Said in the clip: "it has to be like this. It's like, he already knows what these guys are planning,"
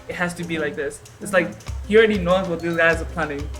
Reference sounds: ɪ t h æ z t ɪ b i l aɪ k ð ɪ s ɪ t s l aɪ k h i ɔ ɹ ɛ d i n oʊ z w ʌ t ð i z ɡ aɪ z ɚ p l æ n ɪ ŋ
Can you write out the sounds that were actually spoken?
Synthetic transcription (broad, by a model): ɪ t h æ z t ɪ b i l aɪ k ð ɪ s ɪ t s l aɪ k h i ɔ ɹ ɛ d i n oʊ z w ʌ t ð i z ɡ aɪ z ɚ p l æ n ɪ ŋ